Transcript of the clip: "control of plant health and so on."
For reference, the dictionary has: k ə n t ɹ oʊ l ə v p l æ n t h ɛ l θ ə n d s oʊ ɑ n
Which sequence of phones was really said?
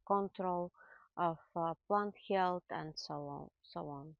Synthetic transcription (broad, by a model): k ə n t ɹ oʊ l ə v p l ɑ n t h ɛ l t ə n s s oʊ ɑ n